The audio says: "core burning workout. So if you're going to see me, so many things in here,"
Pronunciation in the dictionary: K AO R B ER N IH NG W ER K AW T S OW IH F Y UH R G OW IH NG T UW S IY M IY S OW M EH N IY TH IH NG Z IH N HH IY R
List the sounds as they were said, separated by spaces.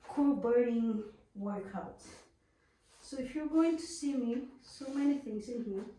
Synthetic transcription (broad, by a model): K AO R B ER IH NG W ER K AW T S OW IH F Y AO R G OW IH NG T UW S IY M IY S OW M EH N IY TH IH NG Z IH N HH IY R